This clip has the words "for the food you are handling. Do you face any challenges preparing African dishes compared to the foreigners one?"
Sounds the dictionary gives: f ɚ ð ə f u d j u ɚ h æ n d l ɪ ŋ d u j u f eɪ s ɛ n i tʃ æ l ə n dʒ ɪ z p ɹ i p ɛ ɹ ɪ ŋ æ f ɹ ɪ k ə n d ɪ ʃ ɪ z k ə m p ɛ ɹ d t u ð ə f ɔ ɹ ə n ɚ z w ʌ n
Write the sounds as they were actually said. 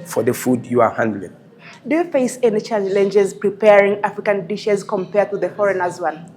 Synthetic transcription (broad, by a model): f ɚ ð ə f u d j u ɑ h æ n d l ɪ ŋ d u j u f eɪ s ɛ n i tʃ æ l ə n dʒ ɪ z p ɹ i p ɛ ɹ ɪ ŋ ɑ f ɹ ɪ k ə n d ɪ ʃ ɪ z k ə m p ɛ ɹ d t u ð ə f ɔ ɹ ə n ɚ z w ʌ n